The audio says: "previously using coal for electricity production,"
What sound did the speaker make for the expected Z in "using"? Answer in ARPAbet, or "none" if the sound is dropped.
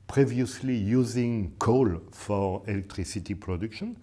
Z